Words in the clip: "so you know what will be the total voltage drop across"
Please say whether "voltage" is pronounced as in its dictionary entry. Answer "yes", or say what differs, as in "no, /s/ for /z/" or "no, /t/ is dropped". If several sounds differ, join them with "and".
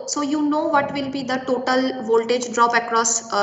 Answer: yes